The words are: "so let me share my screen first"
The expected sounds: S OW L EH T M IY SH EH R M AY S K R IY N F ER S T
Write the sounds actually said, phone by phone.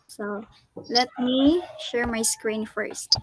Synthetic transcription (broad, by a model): S OW L EH T M IY SH EH R M AY S K R IY N F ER S T